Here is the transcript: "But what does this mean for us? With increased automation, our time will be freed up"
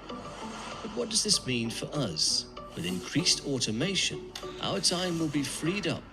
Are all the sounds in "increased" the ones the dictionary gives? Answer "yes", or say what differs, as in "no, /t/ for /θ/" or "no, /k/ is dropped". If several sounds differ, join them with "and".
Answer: yes